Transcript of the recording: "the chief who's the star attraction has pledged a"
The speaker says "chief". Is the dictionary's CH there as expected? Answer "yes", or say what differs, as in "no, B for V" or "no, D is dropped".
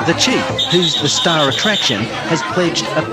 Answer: yes